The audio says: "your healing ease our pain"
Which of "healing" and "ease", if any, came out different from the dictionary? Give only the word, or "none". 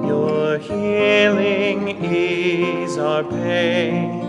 none